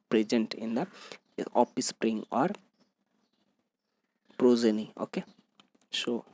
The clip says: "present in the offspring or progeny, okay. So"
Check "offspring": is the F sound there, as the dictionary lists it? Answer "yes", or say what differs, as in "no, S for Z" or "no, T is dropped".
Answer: no, P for F